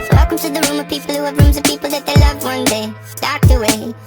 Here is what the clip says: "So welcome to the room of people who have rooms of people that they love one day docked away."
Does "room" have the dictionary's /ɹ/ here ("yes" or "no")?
yes